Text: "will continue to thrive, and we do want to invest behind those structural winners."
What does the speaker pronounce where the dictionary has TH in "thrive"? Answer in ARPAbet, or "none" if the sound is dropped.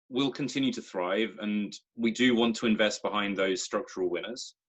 TH